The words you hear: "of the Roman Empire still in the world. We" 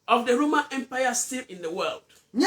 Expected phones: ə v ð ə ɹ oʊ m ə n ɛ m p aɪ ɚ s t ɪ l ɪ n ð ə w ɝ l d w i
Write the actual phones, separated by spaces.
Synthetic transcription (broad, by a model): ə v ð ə ɹ oʊ m ə n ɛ m p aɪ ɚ s t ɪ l ɪ n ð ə w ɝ l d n